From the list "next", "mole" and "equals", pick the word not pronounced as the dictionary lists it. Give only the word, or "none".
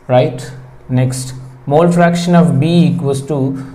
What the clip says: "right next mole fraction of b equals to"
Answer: equals